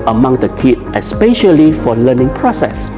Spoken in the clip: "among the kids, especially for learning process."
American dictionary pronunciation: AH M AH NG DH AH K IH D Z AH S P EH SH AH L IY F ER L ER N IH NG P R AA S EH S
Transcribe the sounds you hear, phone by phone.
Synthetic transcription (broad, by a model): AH M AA NG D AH K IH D AH S P EH SH AH L IY F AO L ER N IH NG P R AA S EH S